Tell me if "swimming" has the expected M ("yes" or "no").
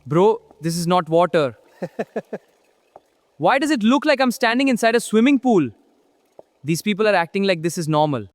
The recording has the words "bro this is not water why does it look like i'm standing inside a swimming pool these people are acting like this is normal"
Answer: yes